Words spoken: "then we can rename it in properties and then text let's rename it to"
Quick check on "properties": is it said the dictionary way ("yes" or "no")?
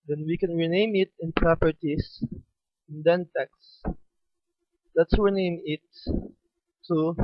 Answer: no